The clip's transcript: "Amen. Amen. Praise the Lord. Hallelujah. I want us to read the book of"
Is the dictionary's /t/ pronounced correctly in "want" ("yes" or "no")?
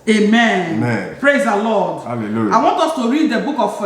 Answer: yes